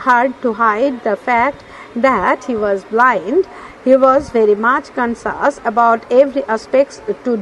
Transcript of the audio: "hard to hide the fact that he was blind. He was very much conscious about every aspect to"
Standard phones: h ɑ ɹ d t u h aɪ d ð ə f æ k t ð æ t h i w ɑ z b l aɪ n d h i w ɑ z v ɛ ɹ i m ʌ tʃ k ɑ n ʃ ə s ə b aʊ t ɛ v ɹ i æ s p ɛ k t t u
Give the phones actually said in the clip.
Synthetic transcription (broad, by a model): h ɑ ɹ d t u h aɪ d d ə f æ k t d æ t h i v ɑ z b l aɪ n d h i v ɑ z v ɛ ɹ i m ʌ tʃ k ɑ n s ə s ə b aʊ t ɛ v ɹ i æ s p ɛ k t t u